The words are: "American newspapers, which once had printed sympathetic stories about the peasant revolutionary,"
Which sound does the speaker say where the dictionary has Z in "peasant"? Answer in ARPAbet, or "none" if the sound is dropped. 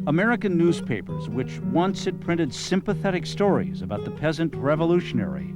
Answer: Z